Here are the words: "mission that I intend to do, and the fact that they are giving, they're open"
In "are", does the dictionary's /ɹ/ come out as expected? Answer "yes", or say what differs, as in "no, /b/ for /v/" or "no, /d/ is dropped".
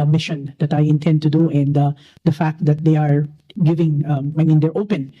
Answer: yes